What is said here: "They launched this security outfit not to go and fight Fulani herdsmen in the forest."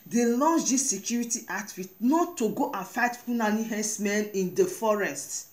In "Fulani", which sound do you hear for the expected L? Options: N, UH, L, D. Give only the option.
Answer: N